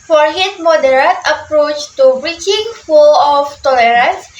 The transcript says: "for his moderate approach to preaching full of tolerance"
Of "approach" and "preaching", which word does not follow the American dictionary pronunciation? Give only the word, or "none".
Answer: preaching